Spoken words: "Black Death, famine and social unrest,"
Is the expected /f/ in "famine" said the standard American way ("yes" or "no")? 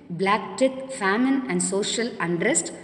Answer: yes